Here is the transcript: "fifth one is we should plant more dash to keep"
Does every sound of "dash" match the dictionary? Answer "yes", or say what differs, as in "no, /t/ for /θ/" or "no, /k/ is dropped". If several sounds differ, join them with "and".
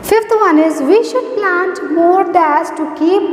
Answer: no, /s/ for /ʃ/